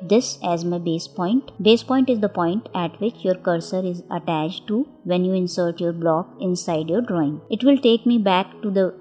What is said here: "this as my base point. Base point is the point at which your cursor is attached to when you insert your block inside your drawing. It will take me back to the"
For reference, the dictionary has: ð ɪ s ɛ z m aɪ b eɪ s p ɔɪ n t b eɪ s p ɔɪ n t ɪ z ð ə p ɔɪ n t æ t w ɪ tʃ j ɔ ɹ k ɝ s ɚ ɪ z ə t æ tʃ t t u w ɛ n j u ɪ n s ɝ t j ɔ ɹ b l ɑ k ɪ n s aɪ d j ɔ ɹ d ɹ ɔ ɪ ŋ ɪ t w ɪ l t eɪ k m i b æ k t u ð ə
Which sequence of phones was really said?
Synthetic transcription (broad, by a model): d ɪ s ɛ z m aɪ b eɪ s p ɔɪ n t b eɪ s p ɔɪ n t ɪ z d ə p ɔɪ n t æ t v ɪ tʃ j ɔ ɹ k ɝ s ɚ ɪ z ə t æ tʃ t t u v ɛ n j u ɪ n s ɝ t j ɔ ɹ b l ɑ k ɪ n s aɪ d j ɔ ɹ d ɹ ɔ ɪ ŋ ɪ t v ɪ l t eɪ k m i b æ k t u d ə